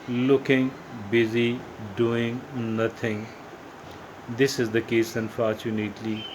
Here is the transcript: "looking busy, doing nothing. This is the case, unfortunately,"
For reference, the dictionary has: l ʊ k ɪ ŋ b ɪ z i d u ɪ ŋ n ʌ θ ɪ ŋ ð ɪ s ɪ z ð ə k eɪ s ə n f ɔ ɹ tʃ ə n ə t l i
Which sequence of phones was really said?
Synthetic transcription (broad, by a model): l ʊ k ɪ ŋ b ɪ z i d u ɪ ŋ n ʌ t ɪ ŋ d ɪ s ɪ z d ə k eɪ s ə n f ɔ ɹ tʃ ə n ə t l i